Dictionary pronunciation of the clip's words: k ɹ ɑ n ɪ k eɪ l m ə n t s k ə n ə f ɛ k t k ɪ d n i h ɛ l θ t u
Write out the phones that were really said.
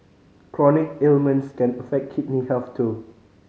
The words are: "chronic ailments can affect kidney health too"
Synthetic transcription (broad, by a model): k ɹ ɑ n ɪ k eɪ l m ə n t s k ə n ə f ɛ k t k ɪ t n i h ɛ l f t u